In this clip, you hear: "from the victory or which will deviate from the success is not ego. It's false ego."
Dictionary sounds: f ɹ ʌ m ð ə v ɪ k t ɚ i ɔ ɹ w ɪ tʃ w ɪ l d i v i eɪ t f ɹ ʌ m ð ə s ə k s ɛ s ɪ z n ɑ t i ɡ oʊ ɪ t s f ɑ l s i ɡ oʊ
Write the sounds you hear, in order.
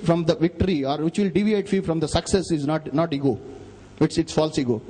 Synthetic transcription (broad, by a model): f ɹ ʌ m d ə v ɪ k t ɚ i ɔ ɹ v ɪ tʃ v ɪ l d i v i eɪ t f ɹ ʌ m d ə s ə k s ɛ s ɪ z n ɑ t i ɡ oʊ ɪ t s f ɑ l s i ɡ oʊ